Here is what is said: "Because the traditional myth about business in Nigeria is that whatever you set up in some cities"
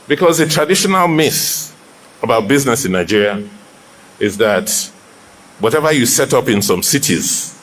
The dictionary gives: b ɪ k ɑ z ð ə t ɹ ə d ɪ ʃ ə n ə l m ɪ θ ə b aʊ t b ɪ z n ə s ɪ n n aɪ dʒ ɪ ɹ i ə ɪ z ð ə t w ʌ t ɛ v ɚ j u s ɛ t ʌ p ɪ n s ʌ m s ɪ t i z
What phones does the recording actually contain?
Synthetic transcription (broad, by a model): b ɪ k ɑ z ð ə t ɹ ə d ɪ ʃ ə n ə l m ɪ s ə b aʊ t b ɪ z n ə s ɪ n n aɪ dʒ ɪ ɹ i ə ɪ z ð ə t w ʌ t ɛ v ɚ j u s ɛ t ʌ p ɪ n s ʌ m s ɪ t i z